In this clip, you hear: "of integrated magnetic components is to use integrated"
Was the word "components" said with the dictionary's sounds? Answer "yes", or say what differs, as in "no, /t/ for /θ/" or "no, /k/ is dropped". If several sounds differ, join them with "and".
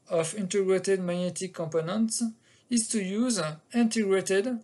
yes